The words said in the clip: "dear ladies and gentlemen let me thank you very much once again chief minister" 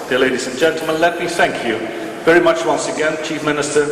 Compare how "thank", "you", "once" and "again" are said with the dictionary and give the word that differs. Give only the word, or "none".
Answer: none